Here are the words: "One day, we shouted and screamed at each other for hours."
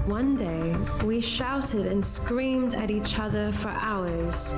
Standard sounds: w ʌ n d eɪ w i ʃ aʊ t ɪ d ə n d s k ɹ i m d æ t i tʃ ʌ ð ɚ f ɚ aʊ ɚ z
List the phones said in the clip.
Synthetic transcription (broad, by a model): w ʌ n d eɪ w i ʃ aʊ t ɪ d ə n s k ɹ i m d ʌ t i tʃ ʌ ð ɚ f ɚ aʊ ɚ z